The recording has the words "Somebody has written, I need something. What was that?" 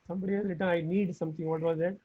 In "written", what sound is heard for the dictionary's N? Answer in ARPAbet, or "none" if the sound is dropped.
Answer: none